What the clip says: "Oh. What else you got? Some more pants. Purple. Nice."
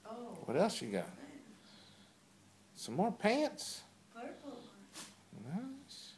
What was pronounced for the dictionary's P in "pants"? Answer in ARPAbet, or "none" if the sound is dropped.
P